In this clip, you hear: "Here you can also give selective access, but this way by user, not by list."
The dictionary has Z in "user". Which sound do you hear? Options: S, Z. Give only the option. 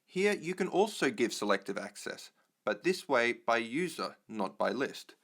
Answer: Z